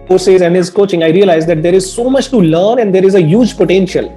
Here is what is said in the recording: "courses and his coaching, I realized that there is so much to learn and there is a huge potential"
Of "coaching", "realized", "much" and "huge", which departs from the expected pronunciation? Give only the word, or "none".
none